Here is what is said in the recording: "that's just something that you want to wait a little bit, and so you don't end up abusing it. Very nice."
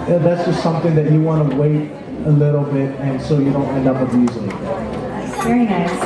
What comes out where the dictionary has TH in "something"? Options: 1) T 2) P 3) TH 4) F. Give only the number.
3